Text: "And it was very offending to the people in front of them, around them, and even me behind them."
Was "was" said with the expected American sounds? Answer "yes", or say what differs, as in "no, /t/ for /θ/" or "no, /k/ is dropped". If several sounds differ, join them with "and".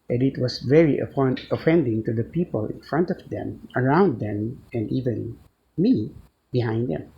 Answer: no, /s/ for /z/